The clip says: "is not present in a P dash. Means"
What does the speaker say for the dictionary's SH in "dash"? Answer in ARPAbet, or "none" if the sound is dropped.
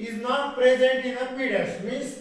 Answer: S